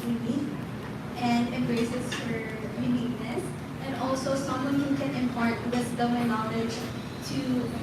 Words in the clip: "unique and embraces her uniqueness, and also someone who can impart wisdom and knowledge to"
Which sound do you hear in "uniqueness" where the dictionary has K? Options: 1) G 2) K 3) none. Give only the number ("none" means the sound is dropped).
3